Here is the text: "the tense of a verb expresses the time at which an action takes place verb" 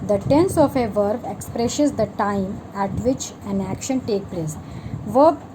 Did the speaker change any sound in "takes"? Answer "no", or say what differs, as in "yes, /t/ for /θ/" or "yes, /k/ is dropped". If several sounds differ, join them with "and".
yes, /s/ is dropped